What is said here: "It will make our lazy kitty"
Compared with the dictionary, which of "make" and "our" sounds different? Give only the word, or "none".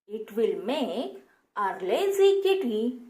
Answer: make